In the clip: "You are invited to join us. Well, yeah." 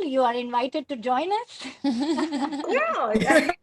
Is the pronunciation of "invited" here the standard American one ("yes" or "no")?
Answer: yes